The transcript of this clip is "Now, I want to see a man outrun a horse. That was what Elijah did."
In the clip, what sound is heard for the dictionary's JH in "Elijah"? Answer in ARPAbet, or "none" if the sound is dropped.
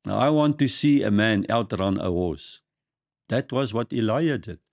none